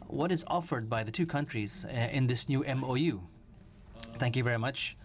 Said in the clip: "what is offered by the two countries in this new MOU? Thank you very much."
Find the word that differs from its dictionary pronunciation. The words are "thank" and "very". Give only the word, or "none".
none